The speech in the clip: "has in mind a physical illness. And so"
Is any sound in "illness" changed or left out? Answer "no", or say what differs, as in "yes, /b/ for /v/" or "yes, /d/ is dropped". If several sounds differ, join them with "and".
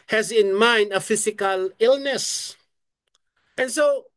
no